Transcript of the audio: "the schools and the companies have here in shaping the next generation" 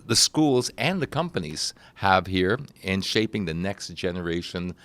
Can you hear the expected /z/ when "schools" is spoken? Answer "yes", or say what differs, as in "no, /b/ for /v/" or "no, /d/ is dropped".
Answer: yes